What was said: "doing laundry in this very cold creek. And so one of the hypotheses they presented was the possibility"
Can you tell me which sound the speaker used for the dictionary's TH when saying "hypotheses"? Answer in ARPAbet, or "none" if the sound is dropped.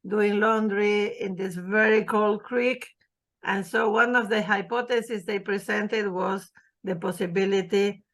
T